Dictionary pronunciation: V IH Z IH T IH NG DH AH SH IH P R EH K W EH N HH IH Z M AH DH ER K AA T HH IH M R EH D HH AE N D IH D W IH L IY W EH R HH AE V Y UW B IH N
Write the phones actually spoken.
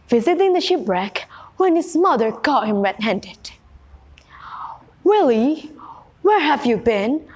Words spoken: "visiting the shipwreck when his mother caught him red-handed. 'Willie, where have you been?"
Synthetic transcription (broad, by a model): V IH Z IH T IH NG DH AH SH IH P R EH K W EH N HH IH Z M AH DH ER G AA T HH IH M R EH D HH AE N D IH D W IH L IY W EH R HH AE V Y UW B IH N